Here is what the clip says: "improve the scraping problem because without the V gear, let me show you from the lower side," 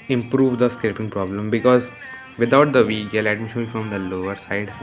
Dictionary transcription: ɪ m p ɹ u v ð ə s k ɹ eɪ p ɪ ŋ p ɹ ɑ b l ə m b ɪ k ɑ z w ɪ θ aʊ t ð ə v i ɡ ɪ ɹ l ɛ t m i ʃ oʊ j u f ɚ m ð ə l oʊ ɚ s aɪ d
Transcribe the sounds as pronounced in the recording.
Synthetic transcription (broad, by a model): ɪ m p ɹ u v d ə s k eɪ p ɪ ŋ p ɹ ɑ b l ə m b ɪ k ɑ z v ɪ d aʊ t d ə v i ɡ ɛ l ɛ t m i ʃ oʊ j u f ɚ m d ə l oʊ ɚ s aɪ d